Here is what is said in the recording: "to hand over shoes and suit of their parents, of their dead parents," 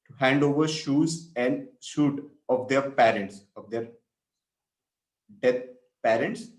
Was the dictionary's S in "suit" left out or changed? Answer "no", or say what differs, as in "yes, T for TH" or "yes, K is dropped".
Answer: yes, SH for S